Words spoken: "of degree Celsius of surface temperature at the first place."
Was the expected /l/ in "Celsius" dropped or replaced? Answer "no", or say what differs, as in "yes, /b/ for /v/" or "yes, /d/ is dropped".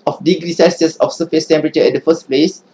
yes, /l/ is dropped